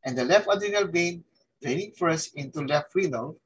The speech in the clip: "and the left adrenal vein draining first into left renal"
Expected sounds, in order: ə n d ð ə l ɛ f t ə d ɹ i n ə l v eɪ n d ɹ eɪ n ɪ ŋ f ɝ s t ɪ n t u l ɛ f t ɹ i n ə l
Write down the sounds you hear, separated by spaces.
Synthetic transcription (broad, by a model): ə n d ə l ɛ f t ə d i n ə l b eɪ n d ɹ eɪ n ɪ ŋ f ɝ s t ɪ n t u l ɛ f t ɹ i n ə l